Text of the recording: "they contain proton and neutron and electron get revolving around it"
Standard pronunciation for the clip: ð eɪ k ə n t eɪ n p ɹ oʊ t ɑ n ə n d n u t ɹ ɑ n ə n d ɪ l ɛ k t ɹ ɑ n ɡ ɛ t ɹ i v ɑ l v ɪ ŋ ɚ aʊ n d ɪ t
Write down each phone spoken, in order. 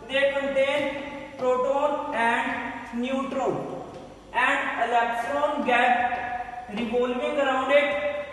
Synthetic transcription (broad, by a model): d eɪ k ə n t eɪ n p ɹ oʊ t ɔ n ə n d n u t ɹ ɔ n ə n d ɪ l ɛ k s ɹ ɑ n ɡ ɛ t ɹ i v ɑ l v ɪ ŋ ɚ aʊ n d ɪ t